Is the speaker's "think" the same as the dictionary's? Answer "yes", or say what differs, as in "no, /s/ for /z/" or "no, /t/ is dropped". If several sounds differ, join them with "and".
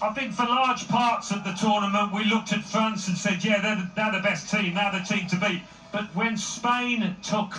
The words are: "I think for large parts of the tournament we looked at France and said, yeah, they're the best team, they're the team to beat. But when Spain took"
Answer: yes